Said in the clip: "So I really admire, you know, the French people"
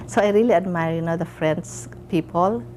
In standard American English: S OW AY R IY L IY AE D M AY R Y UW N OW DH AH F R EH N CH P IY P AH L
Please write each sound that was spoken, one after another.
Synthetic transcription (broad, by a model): S OW AY R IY L IY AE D M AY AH Y UW N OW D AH F R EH N S P IY P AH L